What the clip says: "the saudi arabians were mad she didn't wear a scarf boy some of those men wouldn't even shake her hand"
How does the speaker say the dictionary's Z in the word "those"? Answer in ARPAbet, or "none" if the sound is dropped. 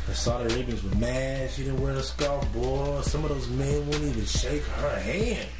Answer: Z